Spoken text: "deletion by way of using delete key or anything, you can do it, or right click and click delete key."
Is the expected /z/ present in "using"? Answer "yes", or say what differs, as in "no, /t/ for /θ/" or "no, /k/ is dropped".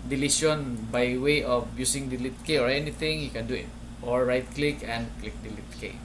no, /s/ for /z/